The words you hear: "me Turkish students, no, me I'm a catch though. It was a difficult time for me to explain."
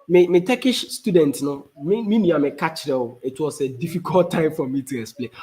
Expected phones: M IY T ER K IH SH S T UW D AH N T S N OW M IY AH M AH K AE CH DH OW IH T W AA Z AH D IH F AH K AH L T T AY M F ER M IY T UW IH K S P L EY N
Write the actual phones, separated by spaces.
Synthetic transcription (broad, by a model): M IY T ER K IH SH S T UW D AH N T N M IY M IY AH M AH K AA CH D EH IH T W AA S AH D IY F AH K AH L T T AY M F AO M IY T UW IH K S P L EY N